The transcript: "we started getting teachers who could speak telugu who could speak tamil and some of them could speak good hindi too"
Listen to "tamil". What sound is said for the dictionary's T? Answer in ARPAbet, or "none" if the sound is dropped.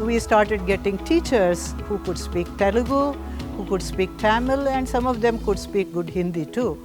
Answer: T